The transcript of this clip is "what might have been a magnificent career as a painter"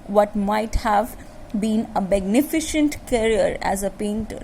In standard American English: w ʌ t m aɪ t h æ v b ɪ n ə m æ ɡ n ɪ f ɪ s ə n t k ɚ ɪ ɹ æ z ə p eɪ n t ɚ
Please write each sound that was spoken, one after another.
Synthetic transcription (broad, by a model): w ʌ t m aɪ t h æ v b ɪ n ə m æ ɡ n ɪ f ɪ ʃ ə n t k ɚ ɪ ɹ æ z ə p eɪ n t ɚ